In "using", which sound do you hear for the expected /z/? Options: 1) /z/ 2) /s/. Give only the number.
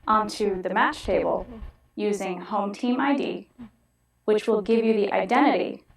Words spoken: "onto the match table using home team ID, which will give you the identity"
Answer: 1